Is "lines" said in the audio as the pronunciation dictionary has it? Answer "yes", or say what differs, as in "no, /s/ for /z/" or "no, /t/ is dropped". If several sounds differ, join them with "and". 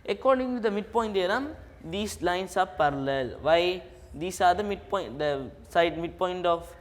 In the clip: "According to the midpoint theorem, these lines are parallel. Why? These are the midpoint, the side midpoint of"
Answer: no, /s/ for /z/